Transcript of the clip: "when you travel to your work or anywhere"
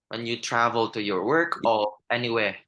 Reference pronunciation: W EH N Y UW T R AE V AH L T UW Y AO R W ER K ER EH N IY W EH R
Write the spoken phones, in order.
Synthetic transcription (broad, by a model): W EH N Y UW T R AE V AH L T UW Y AO R W ER K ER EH N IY W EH